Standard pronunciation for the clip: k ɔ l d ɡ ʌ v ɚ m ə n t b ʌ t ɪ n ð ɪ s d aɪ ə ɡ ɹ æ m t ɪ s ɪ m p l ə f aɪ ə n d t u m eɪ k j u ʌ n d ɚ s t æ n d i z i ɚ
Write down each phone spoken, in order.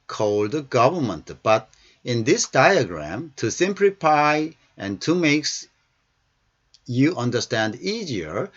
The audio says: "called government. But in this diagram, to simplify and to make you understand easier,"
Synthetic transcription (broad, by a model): k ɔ l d ɡ ʌ v ɚ m ə n t b ʌ t ɪ n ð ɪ s d aɪ ə ɡ ɹ æ m t ɪ s ɪ m p l ə f aɪ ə n t u m eɪ k j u ʌ n d ɚ s t æ n d i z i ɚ